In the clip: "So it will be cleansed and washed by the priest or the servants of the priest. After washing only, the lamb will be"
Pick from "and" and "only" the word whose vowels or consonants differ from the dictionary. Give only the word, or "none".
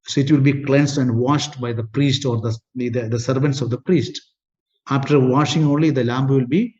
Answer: none